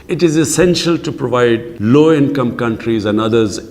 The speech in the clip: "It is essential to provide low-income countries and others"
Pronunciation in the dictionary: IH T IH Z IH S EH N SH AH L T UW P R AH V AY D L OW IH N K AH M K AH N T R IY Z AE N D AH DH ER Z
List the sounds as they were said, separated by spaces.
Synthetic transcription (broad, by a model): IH T IH Z IH S EH N SH AH L T UW P R AH V AY D L OW IH N K AH M K AH N T R IY Z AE N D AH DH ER Z